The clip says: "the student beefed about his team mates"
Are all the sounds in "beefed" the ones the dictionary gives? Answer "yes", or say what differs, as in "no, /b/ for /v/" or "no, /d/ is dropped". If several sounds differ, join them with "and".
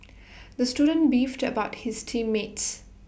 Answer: yes